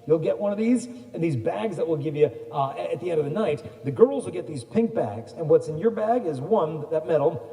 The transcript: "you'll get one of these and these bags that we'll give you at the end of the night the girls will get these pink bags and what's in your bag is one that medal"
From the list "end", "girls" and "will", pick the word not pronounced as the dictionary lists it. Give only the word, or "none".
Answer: none